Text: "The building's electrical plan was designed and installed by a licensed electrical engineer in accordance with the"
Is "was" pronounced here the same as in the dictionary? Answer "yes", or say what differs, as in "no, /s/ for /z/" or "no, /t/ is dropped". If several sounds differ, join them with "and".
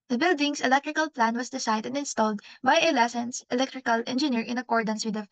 no, /s/ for /z/